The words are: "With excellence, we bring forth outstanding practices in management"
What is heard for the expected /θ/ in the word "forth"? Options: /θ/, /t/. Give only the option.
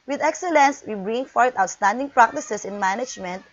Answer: /t/